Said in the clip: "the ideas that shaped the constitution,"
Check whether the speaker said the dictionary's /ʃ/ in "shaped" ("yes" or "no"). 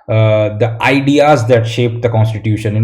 yes